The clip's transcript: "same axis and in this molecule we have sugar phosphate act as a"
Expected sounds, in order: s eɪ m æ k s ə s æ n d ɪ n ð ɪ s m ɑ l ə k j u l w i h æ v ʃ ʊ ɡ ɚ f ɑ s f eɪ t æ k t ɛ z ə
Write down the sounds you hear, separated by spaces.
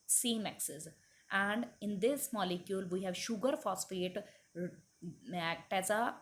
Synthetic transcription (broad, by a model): s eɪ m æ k s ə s æ n d ɪ n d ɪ s m ɑ l ə k j u l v i h æ v ʃ ʊ ɡ ɚ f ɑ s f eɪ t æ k t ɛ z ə